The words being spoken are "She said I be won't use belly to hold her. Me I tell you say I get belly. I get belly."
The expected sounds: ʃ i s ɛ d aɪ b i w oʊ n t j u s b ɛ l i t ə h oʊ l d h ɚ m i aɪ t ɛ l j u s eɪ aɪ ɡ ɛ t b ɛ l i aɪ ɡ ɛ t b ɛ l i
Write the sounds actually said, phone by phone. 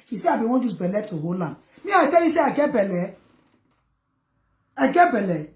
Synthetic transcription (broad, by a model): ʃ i s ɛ aɪ b i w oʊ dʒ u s b ɛ l i t ə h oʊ l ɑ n m i aɪ t ɛ l j u s eɪ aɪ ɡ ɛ b ɛ l i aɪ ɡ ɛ b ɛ l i